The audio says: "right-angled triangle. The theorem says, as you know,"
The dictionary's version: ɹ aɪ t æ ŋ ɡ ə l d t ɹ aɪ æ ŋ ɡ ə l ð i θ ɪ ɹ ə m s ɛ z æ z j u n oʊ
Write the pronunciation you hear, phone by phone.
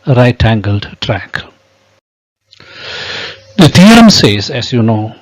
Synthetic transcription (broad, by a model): ɹ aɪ t æ ŋ ɡ ə l d t ɹ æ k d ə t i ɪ ɹ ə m s ɛ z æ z j u n oʊ